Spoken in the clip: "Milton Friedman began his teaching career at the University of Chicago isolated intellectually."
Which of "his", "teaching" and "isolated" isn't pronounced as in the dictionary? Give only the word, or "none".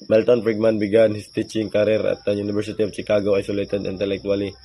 his